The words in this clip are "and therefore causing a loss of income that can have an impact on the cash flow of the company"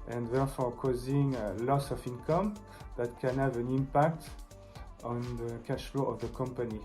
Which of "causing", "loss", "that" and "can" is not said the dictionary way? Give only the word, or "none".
none